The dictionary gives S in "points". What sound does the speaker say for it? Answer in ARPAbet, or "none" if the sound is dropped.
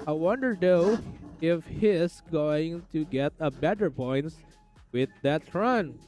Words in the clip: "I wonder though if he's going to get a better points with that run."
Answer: none